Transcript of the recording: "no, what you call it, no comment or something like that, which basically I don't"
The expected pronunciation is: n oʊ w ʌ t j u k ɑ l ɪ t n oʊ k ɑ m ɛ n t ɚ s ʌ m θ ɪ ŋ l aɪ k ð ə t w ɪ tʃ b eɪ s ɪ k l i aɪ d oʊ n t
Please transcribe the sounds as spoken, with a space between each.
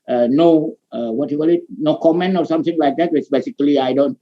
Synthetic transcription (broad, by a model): n oʊ w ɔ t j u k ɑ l ɪ t n oʊ k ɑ m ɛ n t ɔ s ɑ m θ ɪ ŋ l aɪ k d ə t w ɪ s b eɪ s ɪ k l i aɪ d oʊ n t